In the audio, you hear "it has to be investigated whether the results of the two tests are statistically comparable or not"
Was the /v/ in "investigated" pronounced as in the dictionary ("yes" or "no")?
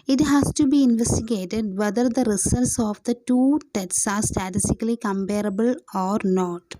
yes